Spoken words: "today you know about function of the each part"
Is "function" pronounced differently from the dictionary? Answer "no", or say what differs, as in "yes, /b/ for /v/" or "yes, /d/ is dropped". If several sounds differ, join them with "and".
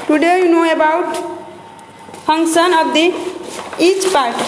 yes, /p/ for /f/